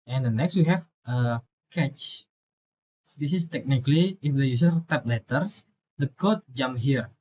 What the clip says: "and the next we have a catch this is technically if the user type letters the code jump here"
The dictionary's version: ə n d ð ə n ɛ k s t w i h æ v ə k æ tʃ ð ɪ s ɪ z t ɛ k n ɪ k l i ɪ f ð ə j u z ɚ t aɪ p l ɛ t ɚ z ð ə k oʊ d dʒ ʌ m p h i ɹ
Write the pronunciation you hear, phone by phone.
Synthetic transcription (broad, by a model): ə n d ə n ɛ k s t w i h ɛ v ə k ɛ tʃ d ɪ s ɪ s t ɛ k n ɪ k l i ɪ f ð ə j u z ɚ t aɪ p l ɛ t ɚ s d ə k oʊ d dʒ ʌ m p h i ɹ